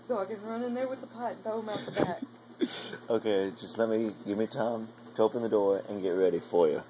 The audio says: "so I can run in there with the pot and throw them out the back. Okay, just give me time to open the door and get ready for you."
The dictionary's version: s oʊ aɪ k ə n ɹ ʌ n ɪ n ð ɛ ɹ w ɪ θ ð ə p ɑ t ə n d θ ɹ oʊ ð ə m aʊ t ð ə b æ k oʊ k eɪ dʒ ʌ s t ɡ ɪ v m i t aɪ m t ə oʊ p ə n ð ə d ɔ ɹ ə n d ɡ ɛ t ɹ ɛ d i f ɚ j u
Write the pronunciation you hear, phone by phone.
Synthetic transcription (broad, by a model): s oʊ aɪ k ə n ɹ ʌ n ɪ n ð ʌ ɹ w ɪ ð ə p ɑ ə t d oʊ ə m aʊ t ð ə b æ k oʊ k eɪ dʒ ʌ s t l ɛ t m i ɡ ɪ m t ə oʊ p ə n ð ə d ɔ ɹ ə n ɡ ɛ t ɹ ɛ d i f ɚ j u